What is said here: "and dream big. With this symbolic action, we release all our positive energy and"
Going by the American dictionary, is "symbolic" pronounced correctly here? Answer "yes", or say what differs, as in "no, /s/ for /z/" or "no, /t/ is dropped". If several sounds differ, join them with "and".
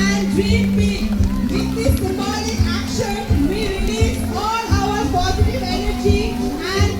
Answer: no, /b/ is dropped